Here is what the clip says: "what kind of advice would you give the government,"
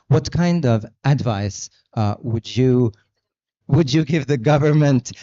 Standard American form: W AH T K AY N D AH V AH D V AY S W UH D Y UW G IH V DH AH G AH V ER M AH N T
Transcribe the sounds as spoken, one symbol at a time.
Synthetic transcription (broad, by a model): W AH T K AY N D AH V AH D V AY S W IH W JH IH G IH V DH AH G AH V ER M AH N T